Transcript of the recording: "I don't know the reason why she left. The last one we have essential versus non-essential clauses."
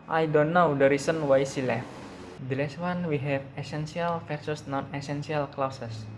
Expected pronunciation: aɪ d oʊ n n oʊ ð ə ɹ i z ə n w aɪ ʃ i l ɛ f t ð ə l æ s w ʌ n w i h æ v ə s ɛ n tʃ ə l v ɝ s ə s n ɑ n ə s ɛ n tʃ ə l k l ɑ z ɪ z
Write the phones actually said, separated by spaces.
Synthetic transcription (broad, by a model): aɪ d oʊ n n oʊ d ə ɹ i s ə n w aɪ s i l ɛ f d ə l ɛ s w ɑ n w i h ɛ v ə s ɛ n s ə l f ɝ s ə s n ɑ n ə s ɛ n s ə l k l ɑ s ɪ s